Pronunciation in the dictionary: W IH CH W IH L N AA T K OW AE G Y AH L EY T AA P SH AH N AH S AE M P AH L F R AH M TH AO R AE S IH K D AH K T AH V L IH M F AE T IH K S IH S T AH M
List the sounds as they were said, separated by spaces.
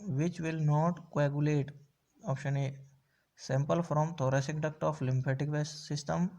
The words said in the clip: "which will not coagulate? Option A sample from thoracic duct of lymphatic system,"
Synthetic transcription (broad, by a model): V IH CH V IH L N AA T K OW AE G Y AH L EY T AA P SH AH N AH S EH M P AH L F R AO M T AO R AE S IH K D AH K T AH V L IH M P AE T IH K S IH S T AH M